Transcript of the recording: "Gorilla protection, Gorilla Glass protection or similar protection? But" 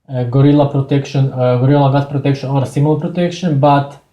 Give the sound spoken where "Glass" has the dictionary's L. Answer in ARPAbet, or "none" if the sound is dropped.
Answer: none